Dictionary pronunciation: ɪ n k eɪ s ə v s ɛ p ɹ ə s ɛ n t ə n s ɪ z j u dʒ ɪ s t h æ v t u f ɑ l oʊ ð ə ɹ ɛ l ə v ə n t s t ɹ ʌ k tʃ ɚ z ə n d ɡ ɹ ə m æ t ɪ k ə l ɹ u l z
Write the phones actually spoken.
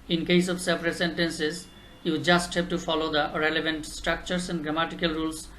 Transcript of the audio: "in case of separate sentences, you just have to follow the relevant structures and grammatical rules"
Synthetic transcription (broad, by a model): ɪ n k eɪ s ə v s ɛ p ɹ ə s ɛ n t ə n s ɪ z j u dʒ ɪ s t h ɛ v t u f ɑ l oʊ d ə ɹ ɛ l ə v ə n t s t ɹ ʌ k tʃ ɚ s ə n d ɡ ɹ ə m æ t ɪ k ə l ɹ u l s